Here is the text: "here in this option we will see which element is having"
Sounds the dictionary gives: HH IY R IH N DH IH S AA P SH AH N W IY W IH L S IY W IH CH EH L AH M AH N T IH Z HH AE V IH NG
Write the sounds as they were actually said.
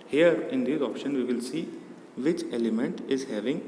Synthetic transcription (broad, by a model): HH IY R IH N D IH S AA P SH AH N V IY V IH L S IY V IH CH EH L AH M AH N T IH Z HH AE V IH NG